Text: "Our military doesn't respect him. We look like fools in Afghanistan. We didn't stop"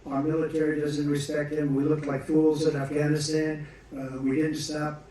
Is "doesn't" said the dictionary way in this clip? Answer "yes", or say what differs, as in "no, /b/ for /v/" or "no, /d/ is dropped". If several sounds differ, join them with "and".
yes